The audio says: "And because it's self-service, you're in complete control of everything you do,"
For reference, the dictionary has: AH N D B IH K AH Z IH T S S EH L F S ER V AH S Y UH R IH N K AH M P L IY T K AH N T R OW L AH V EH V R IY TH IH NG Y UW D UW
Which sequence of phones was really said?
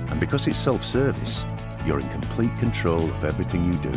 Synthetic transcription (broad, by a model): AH N B IH K AH Z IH T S S EH L F S ER V AH S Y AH R IH N K AH M P L IY T K AH N T R OW L AH V EH V R IY TH IH NG Y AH D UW